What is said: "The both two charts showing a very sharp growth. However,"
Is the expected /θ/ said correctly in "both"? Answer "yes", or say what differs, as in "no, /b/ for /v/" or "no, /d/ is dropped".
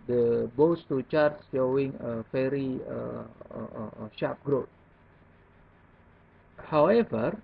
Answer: no, /s/ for /θ/